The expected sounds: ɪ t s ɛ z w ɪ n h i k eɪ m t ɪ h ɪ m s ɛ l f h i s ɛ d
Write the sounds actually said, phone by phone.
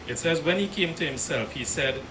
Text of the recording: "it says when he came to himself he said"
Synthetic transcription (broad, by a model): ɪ t s ɛ z w ɪ n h i k eɪ m t ɪ h ɪ m s ɛ l f h i s ɛ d